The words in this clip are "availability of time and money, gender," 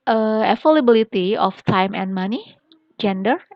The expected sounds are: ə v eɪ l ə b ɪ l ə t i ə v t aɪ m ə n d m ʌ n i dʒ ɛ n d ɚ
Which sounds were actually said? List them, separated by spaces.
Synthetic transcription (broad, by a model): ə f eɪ l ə b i l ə t i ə f t aɪ m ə n m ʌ n i dʒ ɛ n d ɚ